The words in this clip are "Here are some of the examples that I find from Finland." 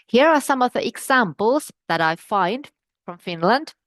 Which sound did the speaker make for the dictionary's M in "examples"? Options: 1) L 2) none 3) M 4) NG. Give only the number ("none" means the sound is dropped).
3